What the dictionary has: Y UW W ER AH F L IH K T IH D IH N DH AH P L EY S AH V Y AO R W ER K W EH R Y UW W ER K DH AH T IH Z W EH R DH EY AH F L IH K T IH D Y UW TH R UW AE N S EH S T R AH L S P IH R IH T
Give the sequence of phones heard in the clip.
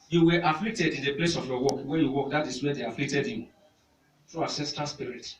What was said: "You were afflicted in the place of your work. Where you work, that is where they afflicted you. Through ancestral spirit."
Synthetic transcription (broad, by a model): Y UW W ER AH F L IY K T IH D IH N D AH P L EY S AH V Y AO W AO K W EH Y UW W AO K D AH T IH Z W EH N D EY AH F L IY K T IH D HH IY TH R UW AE S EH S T AH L S P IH R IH T